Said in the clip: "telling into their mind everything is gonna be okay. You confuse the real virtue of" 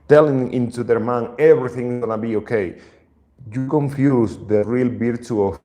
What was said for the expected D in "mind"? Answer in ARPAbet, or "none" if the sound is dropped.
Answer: none